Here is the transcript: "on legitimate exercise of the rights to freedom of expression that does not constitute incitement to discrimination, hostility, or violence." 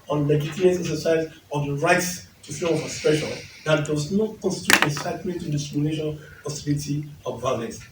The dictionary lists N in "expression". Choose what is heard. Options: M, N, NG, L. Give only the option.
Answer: L